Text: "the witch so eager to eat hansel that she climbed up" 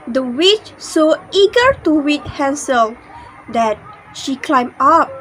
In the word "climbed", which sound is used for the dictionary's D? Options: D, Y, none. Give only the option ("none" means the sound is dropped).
none